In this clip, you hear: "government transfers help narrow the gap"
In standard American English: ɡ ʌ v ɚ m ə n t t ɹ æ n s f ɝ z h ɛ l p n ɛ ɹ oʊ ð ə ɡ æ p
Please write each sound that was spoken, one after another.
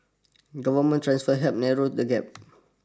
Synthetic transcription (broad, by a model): ɡ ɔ v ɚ m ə n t t ɹ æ n s f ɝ h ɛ p n ɛ ɹ oʊ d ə ɡ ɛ p